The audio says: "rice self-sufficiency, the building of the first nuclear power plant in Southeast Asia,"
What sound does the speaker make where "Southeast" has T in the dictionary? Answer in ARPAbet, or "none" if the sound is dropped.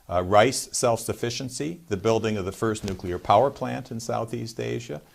T